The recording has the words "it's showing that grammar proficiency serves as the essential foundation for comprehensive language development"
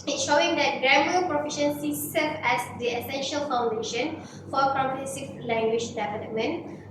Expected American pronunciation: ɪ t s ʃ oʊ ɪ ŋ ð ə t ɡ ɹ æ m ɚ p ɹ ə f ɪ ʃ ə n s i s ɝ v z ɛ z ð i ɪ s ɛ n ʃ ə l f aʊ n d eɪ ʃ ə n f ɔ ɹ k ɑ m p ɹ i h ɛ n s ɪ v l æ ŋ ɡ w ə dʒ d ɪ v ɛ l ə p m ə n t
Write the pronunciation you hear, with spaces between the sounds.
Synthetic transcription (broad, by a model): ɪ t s ʃ oʊ ɪ ŋ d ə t ɡ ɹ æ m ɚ p ɹ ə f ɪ ʃ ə n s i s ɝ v ɛ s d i ɪ s ɛ n ʃ ə l f aʊ n d eɪ ʃ ə n f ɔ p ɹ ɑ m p i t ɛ s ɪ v l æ ŋ ɡ w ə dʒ d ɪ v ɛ l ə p m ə n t